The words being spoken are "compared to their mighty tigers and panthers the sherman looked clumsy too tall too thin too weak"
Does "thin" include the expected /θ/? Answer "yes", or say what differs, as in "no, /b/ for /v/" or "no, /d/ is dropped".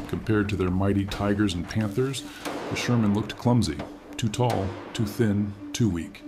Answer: yes